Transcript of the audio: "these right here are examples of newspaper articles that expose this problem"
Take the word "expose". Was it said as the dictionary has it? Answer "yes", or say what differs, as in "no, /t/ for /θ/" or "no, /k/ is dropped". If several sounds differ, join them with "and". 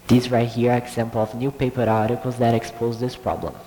yes